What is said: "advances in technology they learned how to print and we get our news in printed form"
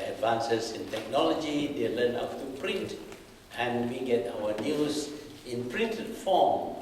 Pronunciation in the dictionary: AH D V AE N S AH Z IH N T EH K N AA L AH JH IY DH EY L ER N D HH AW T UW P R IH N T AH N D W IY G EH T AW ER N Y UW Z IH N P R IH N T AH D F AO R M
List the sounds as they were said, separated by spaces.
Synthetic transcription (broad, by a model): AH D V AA N S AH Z IH N T EH K N AA L AH JH IY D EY L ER N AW T UW P R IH N T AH N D W IY G EH T AW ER N Y UW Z IH N P R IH N T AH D F AO M